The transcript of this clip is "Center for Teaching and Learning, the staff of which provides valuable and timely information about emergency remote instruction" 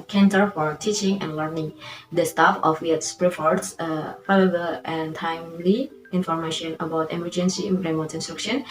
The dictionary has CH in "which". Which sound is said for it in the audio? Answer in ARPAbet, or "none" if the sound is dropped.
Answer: S